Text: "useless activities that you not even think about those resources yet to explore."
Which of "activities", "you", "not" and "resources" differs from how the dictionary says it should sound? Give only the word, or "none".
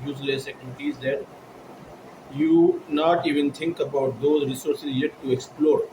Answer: activities